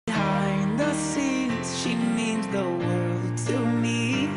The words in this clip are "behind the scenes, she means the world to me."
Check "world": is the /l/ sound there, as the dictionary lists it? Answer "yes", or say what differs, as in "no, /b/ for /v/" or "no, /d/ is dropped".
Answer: yes